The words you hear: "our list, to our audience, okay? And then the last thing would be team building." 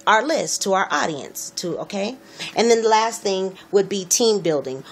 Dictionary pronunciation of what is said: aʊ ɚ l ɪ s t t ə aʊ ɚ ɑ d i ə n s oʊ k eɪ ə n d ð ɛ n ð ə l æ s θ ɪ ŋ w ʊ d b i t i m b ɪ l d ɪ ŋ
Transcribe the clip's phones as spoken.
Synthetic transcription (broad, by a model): aʊ ɚ l ɪ s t t ə aʊ ɚ ɑ d i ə n s oʊ k eɪ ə n ð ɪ n ð ə l æ s θ ɪ ŋ w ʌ d b i t i m b ɪ l d ɪ ŋ